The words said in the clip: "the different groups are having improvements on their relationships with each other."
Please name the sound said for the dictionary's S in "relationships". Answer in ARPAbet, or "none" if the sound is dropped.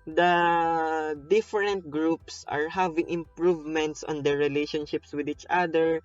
S